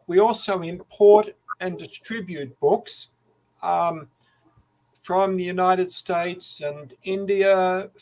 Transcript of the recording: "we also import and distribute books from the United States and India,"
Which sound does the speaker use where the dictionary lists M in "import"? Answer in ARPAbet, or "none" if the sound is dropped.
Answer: M